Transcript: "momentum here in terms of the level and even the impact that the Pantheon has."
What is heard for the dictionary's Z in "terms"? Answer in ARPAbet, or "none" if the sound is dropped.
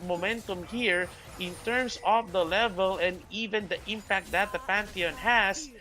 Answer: S